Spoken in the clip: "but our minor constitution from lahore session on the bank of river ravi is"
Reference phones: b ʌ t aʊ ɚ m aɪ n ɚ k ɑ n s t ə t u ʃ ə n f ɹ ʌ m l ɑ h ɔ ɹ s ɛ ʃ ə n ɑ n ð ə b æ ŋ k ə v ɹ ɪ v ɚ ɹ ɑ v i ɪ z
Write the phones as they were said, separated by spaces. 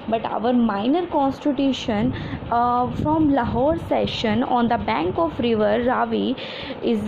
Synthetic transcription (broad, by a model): b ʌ t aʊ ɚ m aɪ n ɚ k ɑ n s t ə t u ʃ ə n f ɹ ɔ m l ɑ h ɔ ɹ s ɛ ʃ ə n ɑ n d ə b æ ŋ k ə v ɹ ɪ v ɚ ɹ ɑ v i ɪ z